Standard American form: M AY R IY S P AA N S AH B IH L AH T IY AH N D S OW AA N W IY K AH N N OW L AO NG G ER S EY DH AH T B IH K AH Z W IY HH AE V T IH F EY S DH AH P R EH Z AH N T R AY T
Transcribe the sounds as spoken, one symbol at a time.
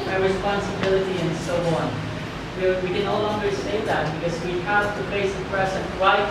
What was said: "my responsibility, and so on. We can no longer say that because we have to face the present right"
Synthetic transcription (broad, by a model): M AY R IY S P AA N S AH B IH L AH T IY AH N S OW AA N W IY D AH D N OW L AO NG G ER S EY DH AH T B IH K AH Z W IY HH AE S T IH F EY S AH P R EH S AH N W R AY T